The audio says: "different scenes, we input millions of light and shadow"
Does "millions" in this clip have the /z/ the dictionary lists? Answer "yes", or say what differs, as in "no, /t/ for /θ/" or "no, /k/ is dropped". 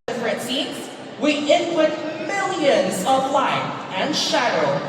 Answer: yes